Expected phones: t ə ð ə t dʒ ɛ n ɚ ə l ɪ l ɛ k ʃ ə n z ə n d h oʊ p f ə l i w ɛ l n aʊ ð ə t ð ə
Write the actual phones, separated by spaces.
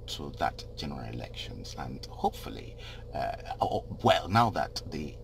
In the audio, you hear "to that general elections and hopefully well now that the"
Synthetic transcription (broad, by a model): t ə ð ə t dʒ ɛ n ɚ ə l ɪ l ɛ k ʃ ə n z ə n h oʊ p f ə l i w ɛ l n aʊ ð ə t ð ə